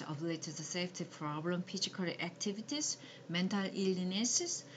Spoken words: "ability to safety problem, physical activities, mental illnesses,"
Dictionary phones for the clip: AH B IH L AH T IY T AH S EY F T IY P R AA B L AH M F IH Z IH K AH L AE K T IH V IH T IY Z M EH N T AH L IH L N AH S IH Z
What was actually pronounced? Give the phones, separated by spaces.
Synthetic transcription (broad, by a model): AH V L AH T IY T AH S EY F T IY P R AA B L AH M P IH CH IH K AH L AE K T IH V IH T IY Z M EH N T AH L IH L N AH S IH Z